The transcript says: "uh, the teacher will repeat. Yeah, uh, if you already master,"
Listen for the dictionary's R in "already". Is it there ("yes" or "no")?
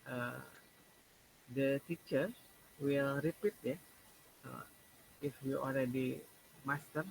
no